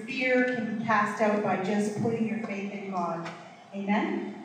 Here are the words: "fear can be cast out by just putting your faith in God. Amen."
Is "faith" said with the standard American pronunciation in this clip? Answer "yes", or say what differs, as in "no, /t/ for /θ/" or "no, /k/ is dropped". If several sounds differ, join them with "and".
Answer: yes